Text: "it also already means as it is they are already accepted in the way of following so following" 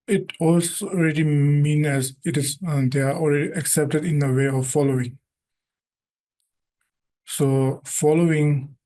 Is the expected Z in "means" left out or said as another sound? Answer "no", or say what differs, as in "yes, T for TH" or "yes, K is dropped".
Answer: yes, Z is dropped